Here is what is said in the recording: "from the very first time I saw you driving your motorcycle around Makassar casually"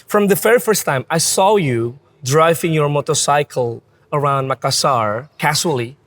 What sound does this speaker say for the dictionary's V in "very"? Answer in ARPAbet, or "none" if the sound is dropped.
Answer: F